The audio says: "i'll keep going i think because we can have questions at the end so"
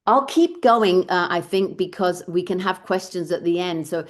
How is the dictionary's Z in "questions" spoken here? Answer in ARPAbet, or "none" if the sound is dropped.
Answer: Z